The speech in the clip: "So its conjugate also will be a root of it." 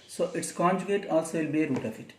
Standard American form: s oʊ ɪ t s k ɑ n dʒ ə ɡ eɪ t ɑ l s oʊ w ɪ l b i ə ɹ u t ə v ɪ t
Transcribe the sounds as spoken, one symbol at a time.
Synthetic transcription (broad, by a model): s oʊ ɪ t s k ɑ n dʒ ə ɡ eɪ t ɑ l s oʊ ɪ l b i ɹ u t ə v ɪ t